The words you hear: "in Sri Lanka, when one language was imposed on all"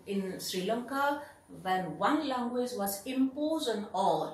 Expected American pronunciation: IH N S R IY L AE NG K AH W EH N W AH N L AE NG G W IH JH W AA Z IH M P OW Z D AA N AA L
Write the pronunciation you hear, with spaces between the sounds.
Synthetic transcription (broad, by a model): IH N S R IY L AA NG K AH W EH N W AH N L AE NG G W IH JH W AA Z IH M P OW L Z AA N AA L